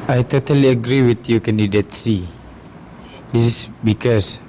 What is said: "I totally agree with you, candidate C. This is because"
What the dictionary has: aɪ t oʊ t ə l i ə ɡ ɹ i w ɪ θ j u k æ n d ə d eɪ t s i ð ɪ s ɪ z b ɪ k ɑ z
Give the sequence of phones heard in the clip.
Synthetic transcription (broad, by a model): aɪ t oʊ t ə l i ə ɡ ɹ i w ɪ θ j u k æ n d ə d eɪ t s i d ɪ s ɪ s b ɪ k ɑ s